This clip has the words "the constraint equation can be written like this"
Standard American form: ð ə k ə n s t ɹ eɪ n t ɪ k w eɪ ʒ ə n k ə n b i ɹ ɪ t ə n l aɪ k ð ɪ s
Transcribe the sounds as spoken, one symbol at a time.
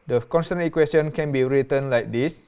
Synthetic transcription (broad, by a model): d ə k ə n s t ʌ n ɪ k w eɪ s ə n k ə n b i ɹ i t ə n l aɪ k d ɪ s